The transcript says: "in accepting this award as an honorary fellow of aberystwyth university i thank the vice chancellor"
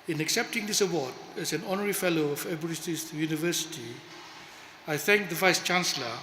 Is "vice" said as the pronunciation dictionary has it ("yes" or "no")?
yes